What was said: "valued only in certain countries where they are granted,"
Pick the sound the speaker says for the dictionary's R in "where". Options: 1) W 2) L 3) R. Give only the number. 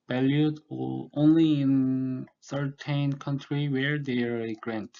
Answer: 3